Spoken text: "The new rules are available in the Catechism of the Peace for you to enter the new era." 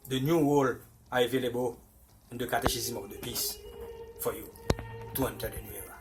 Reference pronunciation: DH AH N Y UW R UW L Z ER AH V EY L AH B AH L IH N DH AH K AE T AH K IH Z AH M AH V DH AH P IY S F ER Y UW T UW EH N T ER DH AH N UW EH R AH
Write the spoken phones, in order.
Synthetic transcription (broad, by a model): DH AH N Y UW W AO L AA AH V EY L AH B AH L IH N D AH K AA T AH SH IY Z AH M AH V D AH P IY S F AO Y UW T UW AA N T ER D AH N UW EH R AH